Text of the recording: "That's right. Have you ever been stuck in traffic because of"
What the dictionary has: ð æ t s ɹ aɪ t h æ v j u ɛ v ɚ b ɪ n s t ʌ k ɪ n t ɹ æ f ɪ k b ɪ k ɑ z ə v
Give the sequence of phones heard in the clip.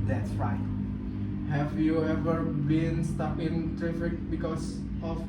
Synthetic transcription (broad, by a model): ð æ t s ɹ aɪ t h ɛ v j u ɛ v ɚ b ɪ n s t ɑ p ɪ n t ɹ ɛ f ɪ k b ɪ k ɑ s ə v